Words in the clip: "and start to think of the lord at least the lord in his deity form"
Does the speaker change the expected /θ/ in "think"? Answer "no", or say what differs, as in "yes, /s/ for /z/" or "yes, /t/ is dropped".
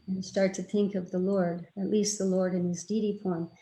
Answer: no